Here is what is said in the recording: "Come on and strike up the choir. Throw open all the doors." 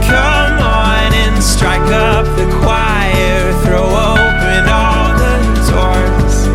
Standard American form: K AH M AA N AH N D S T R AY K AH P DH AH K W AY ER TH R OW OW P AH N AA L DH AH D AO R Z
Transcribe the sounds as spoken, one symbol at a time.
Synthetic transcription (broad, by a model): K AH M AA N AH N S T R AY K AH P DH AH K W AY ER TH R OW OW P AH N AA L DH AH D AO R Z